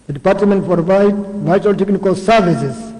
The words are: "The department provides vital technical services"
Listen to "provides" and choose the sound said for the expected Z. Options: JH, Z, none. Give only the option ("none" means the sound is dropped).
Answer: none